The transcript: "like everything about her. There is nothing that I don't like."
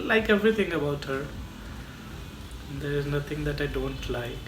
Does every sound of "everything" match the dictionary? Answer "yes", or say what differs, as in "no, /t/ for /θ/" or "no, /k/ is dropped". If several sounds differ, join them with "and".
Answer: no, /t/ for /θ/